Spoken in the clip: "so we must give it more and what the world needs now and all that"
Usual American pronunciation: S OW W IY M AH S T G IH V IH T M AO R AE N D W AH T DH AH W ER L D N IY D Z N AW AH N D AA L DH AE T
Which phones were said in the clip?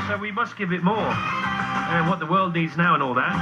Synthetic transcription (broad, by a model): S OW W IY M AH S T G IH V IH T M AO R W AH T DH AH W ER L D N IY D Z N AW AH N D AA L DH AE T